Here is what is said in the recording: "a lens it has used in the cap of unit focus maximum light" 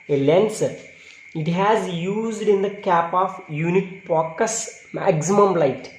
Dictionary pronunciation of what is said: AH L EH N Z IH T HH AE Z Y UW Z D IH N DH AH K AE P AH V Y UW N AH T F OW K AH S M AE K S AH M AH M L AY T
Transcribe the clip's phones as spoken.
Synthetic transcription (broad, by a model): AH L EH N S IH T HH AE Z Y UW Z D IH N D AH K AE P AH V Y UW N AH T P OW K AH S M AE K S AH M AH M L AY T